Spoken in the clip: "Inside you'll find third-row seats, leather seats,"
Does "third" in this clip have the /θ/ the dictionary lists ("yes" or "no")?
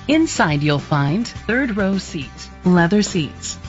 yes